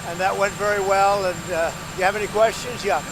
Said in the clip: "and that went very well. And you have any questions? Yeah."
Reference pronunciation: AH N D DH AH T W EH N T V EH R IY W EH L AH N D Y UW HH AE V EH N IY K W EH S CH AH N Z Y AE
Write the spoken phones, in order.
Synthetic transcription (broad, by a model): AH N DH AH T W EH N T V EH R IY W EH L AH N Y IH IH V EH N IY K W EH S CH AH N Z Y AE